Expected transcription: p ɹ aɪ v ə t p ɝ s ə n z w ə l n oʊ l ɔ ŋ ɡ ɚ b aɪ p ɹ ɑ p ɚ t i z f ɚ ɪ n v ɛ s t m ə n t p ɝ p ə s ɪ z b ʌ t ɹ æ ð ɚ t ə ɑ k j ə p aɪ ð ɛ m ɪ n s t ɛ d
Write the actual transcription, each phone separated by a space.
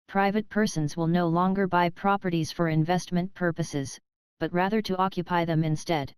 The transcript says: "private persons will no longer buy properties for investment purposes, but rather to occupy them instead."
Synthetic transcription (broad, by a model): p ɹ aɪ v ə t p ɝ s ə n z w ə l n oʊ l ɔ ŋ ɡ ɚ b aɪ p ɹ ɑ p ɚ t i z f ɚ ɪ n v ɛ s t m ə n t p ɝ p ə s ɪ z b ʌ t ɹ æ ð ɚ t ə ɑ k j ə p aɪ ð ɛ m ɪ n s t ɛ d